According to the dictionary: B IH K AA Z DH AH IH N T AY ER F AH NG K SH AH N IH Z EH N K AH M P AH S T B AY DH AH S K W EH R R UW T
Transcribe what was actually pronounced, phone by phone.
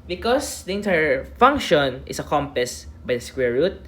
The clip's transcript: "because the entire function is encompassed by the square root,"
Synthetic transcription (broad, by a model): B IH K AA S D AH IH N T AY ER F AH NG K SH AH N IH S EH K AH M P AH S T B AY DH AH S K W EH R R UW T